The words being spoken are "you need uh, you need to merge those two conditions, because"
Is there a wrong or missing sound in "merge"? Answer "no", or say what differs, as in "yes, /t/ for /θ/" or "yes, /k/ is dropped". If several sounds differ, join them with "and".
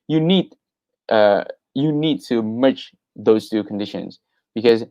yes, /tʃ/ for /dʒ/